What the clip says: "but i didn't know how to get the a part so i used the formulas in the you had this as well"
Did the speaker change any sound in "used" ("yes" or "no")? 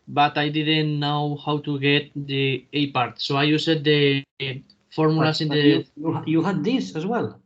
yes